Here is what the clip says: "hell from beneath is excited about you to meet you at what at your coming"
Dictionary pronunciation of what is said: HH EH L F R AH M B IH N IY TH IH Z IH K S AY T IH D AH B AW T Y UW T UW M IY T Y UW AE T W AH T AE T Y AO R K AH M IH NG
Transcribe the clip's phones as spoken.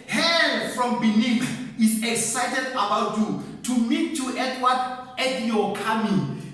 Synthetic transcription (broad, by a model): HH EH F R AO M B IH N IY F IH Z IH K S AY T IH D AH B AW T Y UW T UW M IY T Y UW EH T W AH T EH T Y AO K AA M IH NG